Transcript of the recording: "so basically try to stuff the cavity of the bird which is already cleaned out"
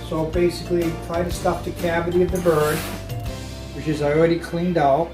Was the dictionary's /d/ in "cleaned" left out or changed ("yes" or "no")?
no